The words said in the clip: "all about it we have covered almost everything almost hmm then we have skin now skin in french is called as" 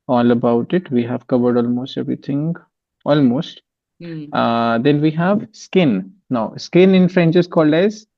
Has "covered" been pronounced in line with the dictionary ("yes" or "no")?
yes